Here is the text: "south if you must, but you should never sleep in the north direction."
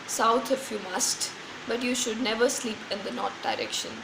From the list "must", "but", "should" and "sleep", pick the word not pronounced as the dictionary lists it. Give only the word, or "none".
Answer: none